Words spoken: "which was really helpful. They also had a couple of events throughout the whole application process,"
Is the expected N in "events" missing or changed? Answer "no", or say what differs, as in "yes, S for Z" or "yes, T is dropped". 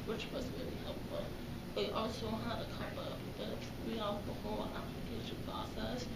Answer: yes, N is dropped